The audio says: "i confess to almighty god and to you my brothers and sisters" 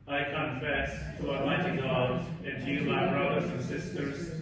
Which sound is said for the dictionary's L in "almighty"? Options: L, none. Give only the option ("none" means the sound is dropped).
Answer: none